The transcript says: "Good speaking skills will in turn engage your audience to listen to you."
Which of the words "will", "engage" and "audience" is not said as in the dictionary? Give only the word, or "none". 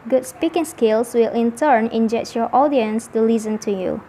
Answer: engage